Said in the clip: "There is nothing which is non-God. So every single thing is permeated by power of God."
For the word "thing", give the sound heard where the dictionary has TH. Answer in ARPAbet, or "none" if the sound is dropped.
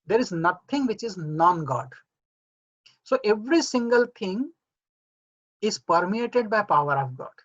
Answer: T